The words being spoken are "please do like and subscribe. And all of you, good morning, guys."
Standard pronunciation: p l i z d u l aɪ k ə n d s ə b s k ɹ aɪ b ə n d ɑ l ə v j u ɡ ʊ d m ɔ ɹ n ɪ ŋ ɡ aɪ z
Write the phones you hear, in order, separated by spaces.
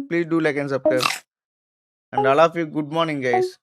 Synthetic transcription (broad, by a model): p l i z d u l aɪ k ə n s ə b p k aɪ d ə n d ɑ l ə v j u ɡ ʊ d m ɔ ɹ n ɪ ŋ ɡ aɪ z